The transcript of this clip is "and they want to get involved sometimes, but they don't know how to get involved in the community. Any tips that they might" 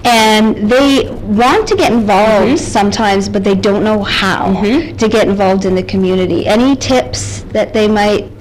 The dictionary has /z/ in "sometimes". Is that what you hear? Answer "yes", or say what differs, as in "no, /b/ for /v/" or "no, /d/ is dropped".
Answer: yes